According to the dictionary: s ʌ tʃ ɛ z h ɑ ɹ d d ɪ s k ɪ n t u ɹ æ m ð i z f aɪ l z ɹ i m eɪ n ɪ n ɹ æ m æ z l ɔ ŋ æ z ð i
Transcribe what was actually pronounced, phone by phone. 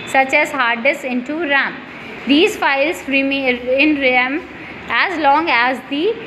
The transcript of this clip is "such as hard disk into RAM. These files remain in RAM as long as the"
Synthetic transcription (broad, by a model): s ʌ tʃ ɛ z h ɑ ɹ d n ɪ s ɪ n t u ɹ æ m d i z f aɪ l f ɹ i m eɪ ɪ n ɹ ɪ m æ z l ɔ ŋ æ z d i